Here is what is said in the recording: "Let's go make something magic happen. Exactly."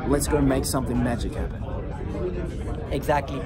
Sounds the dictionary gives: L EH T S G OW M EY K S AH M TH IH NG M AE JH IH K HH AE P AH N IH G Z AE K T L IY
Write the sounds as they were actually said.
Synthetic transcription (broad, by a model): L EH T S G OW M EY K S AH M TH IH NG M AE JH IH K HH AE P AH N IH G Z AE K T L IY